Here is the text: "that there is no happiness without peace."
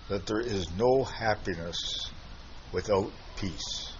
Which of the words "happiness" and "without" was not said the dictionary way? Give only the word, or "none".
none